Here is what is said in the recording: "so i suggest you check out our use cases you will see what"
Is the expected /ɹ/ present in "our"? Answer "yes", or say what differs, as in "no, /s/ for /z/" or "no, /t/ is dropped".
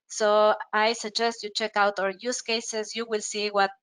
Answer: yes